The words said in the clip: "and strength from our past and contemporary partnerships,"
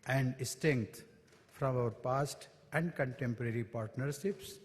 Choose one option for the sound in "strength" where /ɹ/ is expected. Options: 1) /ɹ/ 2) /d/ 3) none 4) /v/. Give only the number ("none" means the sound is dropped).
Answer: 3